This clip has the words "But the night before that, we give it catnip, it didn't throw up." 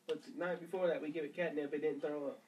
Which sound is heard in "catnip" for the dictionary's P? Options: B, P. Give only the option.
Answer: B